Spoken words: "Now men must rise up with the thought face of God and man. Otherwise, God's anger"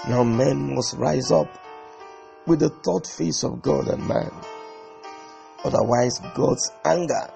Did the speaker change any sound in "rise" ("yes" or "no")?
no